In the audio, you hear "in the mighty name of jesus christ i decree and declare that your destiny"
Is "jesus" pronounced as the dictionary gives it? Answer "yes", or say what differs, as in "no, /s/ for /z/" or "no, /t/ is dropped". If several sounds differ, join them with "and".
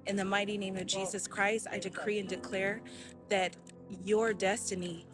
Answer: yes